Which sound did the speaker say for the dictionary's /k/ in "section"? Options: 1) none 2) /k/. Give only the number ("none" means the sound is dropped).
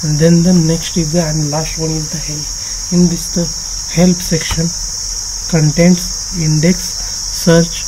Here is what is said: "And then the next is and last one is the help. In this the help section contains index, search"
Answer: 2